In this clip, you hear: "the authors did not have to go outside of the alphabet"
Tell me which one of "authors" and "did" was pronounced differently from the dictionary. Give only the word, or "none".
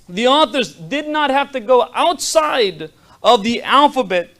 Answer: none